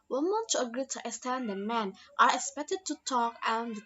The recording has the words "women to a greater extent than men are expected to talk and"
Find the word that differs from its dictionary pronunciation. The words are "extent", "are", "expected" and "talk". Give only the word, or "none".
extent